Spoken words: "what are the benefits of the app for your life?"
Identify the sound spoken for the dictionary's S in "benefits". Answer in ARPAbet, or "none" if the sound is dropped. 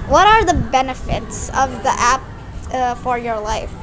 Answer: S